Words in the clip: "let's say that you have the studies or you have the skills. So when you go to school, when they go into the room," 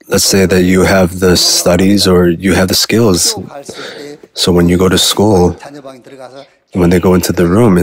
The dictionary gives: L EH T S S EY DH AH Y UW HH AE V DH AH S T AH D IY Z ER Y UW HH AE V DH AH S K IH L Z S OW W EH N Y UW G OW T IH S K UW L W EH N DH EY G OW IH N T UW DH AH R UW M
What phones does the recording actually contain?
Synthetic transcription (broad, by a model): L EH T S S EY DH AH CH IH V DH AH S T AH D IY Z ER Y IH V DH AH S K IH L Z S OW W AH N Y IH G OW T IH S K UW L W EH N DH EY G OW IH N T UW DH AH R UW M